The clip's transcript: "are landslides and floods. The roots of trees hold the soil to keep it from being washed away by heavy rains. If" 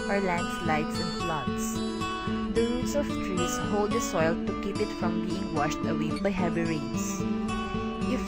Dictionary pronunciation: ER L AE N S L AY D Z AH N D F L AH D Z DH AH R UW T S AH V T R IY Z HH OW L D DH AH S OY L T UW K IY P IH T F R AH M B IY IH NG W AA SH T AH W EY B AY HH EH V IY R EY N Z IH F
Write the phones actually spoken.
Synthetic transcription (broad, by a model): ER L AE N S L AY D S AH N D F L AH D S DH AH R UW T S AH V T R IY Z HH OW L D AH S OY L T UW K IY P IH T F R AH M B IY IH NG W AA SH T AH W EY B AY HH EH V IY R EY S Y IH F